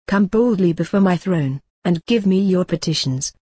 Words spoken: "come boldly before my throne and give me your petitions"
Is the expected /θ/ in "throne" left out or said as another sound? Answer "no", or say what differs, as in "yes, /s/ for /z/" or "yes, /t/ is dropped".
no